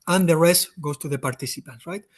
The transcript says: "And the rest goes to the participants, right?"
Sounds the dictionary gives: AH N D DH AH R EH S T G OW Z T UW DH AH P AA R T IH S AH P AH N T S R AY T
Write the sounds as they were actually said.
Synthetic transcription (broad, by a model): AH N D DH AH R EH S T G OW S T UW DH AH P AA R T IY S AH P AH N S R AY T